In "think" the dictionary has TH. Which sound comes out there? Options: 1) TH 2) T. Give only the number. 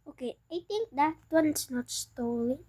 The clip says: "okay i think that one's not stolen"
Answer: 2